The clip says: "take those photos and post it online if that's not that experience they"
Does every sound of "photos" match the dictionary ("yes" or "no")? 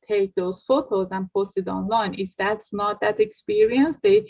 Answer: yes